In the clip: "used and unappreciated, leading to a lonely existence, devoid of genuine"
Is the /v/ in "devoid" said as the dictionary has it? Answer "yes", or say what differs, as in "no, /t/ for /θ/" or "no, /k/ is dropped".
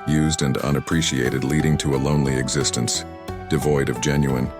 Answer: yes